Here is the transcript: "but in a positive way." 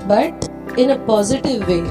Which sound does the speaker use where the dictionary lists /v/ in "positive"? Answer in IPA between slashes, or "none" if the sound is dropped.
/v/